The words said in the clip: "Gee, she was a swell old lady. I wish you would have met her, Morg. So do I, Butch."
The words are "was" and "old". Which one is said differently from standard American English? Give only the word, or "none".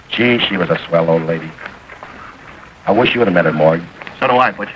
none